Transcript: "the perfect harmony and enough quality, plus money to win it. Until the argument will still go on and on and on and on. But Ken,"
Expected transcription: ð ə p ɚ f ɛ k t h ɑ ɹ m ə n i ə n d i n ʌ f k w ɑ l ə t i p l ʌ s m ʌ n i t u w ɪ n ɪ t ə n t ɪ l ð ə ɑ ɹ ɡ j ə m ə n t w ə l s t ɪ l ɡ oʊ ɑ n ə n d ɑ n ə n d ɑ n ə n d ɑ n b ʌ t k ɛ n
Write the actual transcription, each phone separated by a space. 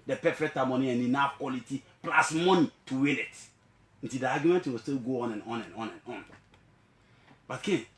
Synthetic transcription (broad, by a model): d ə p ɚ f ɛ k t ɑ m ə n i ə n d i n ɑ f k w ɑ l ə t i p l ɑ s m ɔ n i t u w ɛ l ɪ t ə n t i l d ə ɑ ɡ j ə m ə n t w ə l s t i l ɡ oʊ ɑ n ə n ɑ n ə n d ɑ n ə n ɑ n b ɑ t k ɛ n